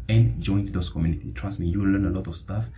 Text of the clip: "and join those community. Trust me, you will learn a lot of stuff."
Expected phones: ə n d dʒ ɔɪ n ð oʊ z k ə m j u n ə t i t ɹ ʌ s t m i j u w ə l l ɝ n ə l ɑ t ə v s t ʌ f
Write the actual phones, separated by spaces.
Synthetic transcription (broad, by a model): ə n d dʒ ɔɪ n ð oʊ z k ə m j u n ə t i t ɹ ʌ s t m i j u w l l ɝ n ə l ɑ t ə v s t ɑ f